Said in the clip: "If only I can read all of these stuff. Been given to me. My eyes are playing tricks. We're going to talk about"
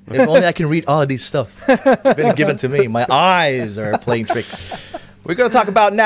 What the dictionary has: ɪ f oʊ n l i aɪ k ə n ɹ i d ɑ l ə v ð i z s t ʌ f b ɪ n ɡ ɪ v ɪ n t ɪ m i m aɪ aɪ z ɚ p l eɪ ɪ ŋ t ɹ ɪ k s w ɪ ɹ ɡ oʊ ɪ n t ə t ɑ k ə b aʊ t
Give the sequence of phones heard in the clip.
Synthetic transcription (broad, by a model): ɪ oʊ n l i aɪ k ə n ɹ i d ɑ l ə v ð i z s t ʌ f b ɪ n ɡ ɪ v ɪ n t ɪ m i m aɪ aɪ z ɚ p l eɪ ɪ ŋ t ɹ ɪ k s w ɪ ɹ ɡ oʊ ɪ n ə t ɑ k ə b aʊ t